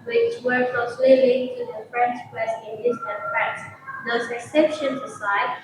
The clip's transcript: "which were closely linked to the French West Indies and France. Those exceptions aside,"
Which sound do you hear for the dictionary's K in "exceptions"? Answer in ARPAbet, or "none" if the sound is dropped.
none